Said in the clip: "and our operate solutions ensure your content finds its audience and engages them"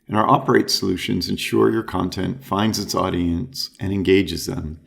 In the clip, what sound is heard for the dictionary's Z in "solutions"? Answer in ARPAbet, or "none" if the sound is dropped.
Z